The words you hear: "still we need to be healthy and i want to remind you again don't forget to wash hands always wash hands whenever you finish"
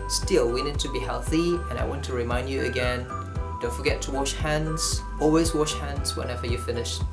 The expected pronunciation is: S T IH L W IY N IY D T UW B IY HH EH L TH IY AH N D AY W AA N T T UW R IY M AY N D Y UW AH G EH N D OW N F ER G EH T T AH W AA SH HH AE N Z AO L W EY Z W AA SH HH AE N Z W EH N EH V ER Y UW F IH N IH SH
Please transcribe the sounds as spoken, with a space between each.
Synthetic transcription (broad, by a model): S T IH L W IY N IY D T UW B IY HH EH L TH IY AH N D AY W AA N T T UW R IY M AY N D Y UW AH G EH N D OW N F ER G EH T T AH W AA SH HH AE N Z AO L W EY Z W AA SH HH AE N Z W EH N EH V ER Y UW F IH N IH SH